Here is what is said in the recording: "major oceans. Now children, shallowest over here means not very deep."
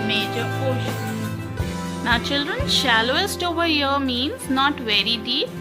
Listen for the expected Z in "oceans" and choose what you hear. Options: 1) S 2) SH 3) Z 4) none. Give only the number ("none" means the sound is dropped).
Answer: 4